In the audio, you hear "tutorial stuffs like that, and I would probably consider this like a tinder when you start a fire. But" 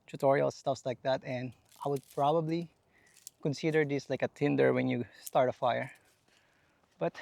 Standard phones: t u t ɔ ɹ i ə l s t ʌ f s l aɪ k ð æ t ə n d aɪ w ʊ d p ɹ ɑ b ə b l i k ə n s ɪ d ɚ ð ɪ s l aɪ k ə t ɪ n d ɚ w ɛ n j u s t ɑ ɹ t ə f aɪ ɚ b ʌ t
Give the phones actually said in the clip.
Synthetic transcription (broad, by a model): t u t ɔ ɹ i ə l s t ʌ f s l aɪ k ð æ t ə n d aɪ w ʊ d p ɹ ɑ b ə b l i k ə n s ɪ d ɚ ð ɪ s l aɪ k ə t ɪ n d ɚ w ɛ n j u s t ɑ ɹ t ə f aɪ ɚ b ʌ t